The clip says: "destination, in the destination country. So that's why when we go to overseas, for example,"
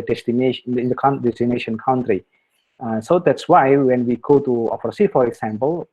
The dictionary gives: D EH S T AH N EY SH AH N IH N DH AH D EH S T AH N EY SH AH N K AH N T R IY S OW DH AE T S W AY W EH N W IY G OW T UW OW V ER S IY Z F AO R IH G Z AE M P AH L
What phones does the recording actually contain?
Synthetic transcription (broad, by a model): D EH S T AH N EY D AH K IH N D EH S T AH N EY SH AH N K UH N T R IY S OW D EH T S W AY W EH N W IY G OW T UW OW F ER S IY F AO R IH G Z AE M P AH L